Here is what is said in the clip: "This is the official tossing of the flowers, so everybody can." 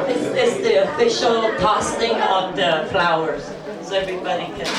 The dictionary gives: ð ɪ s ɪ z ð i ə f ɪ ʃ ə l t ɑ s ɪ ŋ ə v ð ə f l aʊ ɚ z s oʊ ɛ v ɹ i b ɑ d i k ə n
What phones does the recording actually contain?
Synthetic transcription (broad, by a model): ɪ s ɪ s ð i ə f ɪ ʃ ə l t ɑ s ɪ ŋ ə v ð ə f l aʊ ɚ z s oʊ ɛ v ɹ i b ɑ d i k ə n